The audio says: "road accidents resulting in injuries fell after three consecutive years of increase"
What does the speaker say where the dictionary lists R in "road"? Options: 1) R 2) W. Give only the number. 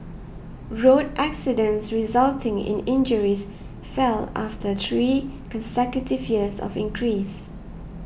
1